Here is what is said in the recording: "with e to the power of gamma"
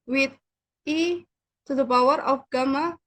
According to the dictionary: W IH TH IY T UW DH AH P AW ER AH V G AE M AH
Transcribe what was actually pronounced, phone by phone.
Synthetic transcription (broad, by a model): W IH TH IY T UW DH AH B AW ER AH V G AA M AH